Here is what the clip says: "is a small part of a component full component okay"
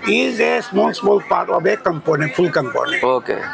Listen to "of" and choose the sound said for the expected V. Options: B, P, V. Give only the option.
B